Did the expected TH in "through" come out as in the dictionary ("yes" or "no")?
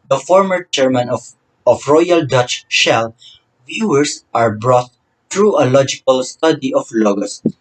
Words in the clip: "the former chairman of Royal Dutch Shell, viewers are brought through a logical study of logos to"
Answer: no